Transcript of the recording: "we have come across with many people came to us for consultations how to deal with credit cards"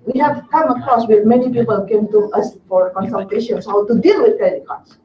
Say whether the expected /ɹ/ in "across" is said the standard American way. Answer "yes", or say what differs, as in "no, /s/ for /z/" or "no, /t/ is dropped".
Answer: no, /ɹ/ is dropped